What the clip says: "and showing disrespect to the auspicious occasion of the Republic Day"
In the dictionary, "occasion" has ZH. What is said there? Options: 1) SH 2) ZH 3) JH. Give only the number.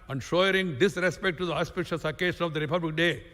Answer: 1